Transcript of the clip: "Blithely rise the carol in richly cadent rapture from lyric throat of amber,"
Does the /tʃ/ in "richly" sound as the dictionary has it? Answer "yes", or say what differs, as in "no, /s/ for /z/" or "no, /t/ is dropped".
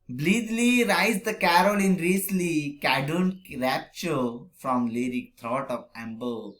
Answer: no, /s/ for /tʃ/